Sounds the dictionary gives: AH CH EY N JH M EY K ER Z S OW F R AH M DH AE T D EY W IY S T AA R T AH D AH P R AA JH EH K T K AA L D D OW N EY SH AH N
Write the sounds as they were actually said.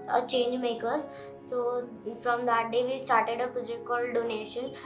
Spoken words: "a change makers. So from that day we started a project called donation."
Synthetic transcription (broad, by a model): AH CH EY N JH M EY K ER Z S OW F R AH M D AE T D EY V IY S T AA R T AH D AH P R AA JH EH K T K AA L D D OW N EY SH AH N